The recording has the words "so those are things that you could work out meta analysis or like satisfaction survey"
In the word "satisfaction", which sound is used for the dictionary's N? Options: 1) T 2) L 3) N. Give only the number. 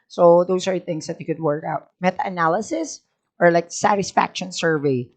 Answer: 3